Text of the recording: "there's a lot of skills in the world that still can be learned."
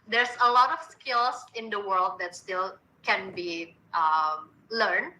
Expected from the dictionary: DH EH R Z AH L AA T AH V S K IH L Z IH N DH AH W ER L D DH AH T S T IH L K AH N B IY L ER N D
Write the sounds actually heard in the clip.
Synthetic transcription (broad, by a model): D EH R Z AH L AA T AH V S K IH L S IH N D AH W ER L D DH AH T S T IH L K AH N B IY L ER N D